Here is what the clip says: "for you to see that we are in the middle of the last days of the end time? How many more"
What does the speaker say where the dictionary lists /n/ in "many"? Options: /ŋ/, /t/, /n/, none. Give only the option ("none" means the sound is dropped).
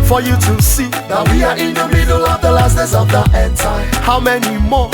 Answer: /n/